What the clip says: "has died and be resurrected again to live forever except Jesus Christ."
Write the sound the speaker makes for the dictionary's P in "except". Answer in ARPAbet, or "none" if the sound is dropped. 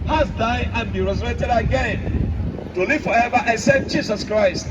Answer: none